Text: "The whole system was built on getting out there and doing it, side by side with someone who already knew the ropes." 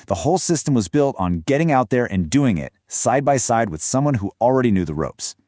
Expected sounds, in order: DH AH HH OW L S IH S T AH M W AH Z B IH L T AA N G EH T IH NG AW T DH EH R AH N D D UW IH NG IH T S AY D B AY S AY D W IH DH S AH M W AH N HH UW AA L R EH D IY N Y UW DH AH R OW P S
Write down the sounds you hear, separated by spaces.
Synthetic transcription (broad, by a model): DH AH HH OW L S IH S T AH M W AH Z B IH L T N G EH T IH NG AW T DH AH R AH N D D UW IH NG IH T S AY D B AY S AY D W IH DH S AH M W AH N HH UW L R EH D IY N Y UW DH AH R OW P S